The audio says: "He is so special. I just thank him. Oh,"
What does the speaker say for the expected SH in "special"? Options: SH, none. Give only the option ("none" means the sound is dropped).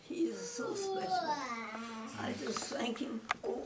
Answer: none